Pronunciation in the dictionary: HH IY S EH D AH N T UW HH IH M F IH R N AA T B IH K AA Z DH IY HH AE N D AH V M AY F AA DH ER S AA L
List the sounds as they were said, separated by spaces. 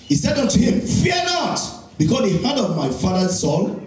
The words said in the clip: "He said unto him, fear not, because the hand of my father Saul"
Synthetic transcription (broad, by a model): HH IY S EH D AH N T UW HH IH M F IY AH N AA T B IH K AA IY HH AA D AH V M AY F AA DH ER S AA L